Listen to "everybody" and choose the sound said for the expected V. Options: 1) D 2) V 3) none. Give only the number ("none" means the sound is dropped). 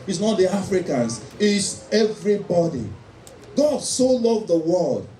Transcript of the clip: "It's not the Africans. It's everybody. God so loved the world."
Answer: 2